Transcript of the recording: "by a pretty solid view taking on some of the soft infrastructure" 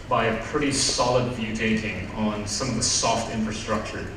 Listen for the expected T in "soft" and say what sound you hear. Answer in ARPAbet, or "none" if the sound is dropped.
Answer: T